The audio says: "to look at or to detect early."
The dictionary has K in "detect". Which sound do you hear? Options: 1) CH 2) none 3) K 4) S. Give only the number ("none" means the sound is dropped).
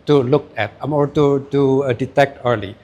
3